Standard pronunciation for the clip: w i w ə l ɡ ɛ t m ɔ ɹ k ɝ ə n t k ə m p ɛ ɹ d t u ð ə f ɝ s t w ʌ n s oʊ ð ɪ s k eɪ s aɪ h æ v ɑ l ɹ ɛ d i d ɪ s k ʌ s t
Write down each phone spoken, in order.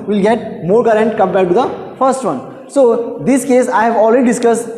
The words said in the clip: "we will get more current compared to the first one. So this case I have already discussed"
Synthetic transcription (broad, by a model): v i l ɡ ɛ t m ɔ ɹ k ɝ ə n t k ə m b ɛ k t u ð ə f ɝ s t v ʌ n s oʊ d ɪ s k eɪ s aɪ h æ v ɑ l ɹ ɛ d i d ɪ s k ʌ s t